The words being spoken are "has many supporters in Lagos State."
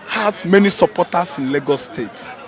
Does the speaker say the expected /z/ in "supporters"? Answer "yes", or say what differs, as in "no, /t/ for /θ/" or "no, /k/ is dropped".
no, /s/ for /z/